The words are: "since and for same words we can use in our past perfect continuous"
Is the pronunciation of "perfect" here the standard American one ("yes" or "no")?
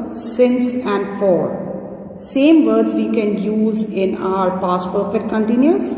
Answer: no